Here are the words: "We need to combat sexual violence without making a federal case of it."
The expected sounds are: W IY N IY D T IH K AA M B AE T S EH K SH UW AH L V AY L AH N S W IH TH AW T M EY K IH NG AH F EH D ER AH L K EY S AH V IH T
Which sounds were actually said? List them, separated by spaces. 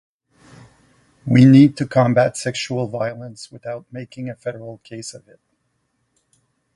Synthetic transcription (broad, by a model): W IY N IY D T IH K AA M B AE T S EH K SH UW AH L V AY L AH N S W IH TH AW T M EY K IH NG AH F EH D ER L K EY S AH V IH T